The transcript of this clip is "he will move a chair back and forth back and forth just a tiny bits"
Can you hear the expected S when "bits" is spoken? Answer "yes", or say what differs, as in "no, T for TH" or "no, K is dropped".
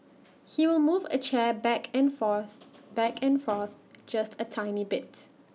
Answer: no, S is dropped